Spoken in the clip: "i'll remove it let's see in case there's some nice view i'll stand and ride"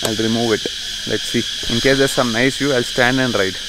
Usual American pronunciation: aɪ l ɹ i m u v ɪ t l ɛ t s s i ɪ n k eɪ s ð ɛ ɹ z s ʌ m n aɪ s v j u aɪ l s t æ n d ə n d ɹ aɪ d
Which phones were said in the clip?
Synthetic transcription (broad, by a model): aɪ l ɹ i m u v ɪ t l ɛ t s s i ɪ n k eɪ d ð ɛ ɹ s ʌ m n aɪ s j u aɪ l s t æ n d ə n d ɹ aɪ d